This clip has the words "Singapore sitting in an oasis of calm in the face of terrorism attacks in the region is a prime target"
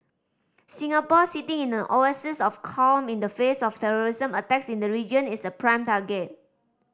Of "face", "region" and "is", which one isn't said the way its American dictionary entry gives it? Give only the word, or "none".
is